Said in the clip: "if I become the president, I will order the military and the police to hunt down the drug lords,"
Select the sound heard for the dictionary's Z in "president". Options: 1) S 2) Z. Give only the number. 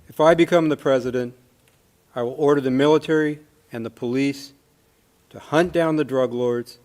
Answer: 2